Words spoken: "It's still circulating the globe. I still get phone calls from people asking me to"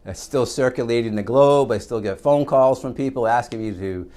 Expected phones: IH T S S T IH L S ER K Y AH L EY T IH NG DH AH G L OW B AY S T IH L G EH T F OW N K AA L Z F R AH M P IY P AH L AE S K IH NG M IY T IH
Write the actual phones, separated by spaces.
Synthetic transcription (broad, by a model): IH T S S T IH L S ER K Y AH L EY T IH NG DH AH G L OW B AY S T IH L G EH T F OW N K AA L Z F R AH M P IY P L AE S K IH NG M IY T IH